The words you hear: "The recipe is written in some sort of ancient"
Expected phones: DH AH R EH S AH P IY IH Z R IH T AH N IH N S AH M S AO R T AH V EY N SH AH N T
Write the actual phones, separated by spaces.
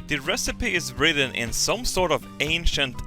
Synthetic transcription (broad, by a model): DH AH R EH S AH P IY IH Z R IH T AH N IH N S AH M S AO R T AH V EY N SH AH N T